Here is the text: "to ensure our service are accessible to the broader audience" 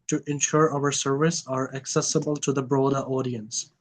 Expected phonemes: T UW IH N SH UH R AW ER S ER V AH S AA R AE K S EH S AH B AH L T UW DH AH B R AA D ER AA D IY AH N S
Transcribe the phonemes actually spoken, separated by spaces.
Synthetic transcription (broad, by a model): T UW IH N SH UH R AW ER S ER V AH S AA R AE K S EH S AH B AH L T UW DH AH B R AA D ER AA D IY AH N S